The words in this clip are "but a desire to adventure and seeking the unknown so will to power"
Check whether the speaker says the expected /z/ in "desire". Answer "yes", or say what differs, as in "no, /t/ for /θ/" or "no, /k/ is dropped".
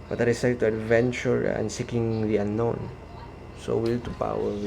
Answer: no, /s/ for /z/